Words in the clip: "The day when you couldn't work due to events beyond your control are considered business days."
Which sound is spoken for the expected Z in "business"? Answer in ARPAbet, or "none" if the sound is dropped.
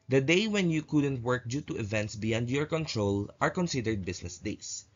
S